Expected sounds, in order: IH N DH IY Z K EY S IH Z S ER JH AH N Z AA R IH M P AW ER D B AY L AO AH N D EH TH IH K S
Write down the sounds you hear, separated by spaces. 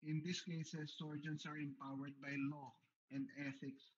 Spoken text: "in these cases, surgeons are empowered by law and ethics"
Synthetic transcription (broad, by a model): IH N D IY S K EY S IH S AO JH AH N S AA R IH M P AW ER D B AY L AO AH N D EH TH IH K S